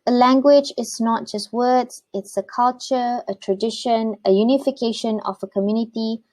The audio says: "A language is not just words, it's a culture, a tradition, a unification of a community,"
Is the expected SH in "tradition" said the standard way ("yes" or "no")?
yes